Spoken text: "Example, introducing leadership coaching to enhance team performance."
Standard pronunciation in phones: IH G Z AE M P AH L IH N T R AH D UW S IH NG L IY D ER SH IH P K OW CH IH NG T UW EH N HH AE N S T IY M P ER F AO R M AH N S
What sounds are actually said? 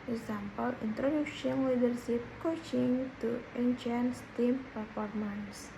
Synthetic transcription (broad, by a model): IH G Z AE M P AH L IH N T R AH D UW SH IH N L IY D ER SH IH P K OW CH IH NG T UW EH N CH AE N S T IY M P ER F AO R M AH N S